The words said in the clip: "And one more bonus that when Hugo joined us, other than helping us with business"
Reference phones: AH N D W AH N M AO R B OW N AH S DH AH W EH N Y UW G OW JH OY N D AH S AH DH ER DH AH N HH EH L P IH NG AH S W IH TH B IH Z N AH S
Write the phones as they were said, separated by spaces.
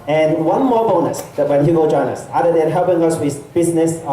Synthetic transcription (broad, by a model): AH N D W AH N M AO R B OW N AH S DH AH W EH N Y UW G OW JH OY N AH S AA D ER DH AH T HH EH L P IH NG AH S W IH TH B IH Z N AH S